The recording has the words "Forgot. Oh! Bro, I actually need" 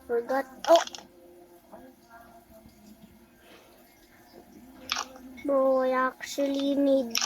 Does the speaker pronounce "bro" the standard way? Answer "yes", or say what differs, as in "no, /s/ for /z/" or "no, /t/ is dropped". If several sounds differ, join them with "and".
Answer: no, /ɹ/ is dropped